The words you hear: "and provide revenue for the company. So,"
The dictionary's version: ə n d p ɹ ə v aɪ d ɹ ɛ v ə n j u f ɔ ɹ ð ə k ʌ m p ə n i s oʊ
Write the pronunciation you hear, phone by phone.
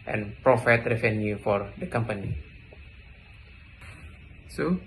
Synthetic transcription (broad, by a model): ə n p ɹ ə f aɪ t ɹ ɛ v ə n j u f ɔ ɹ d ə k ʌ m p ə n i s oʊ